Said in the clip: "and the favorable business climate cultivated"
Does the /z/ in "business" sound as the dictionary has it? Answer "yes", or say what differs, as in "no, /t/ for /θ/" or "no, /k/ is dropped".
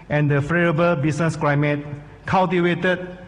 no, /s/ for /z/